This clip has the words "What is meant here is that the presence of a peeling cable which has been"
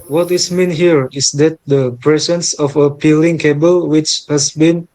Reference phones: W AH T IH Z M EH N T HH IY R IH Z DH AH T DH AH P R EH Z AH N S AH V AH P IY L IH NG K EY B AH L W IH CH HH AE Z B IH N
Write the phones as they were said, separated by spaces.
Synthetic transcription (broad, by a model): W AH T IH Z M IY N HH IY R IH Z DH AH T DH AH P R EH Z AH N S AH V AH P IY L IH NG K EY B AH L W IH CH HH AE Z B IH N